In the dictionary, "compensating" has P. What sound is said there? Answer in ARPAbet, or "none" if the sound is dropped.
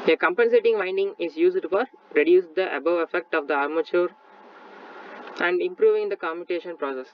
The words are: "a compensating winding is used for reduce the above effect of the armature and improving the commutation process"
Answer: P